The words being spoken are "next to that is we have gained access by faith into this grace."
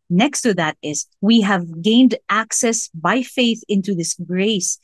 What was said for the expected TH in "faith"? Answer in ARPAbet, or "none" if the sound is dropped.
TH